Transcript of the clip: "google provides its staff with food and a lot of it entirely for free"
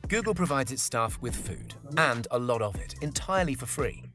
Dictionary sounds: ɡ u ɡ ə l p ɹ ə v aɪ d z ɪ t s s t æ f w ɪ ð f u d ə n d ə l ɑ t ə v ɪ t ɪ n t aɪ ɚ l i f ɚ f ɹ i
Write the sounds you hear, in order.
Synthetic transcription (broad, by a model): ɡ u ɡ ə l p ɹ ə v aɪ d z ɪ t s s t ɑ f w ɪ ð f u d ə n d ə l ɑ t ə v ɪ t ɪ n t aɪ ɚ l i f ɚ f ɹ i